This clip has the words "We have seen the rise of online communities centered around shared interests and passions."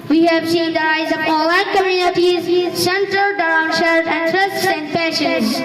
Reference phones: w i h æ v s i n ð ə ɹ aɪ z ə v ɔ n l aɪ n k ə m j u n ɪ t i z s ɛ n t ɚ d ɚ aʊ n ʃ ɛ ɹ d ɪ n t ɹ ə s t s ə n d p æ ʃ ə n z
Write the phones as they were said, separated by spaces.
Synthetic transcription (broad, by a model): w i h æ v s i n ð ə ɹ aɪ z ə p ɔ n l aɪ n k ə m j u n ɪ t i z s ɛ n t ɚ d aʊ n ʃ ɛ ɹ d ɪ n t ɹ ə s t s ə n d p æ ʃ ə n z